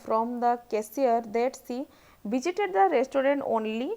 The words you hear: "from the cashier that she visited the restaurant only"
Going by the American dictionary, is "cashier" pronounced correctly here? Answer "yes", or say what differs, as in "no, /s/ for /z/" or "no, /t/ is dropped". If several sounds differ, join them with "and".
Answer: no, /s/ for /ʃ/